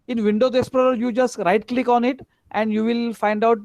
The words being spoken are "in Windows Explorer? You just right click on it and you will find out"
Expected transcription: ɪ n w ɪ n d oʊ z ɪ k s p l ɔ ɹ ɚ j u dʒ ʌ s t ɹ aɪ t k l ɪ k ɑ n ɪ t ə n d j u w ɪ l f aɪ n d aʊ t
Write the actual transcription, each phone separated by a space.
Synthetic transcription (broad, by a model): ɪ n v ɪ n d oʊ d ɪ s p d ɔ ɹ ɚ j u dʒ ʌ s t ɹ aɪ t k l ɪ k ɑ n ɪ t ə n d j u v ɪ l f aɪ n d aʊ t